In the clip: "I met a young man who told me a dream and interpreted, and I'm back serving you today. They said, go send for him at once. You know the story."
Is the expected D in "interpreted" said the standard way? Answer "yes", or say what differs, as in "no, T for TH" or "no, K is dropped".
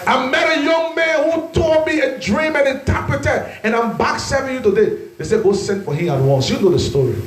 no, D is dropped